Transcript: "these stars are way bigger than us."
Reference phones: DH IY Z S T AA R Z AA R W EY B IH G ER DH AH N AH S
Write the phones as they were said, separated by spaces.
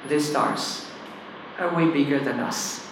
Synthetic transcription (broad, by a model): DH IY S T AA R S AA R W EY B IH G ER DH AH N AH S